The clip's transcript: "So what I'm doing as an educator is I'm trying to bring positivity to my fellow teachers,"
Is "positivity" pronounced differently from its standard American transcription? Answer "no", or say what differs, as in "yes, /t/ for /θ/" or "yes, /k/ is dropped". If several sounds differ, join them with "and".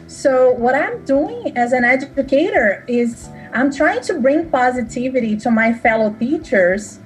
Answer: no